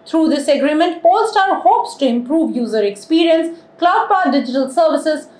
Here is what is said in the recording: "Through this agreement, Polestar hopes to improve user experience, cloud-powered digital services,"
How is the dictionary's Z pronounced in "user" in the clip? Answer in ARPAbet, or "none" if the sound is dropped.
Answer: Z